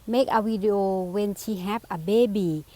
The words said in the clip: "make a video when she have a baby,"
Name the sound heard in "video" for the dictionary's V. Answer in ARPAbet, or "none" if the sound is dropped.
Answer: W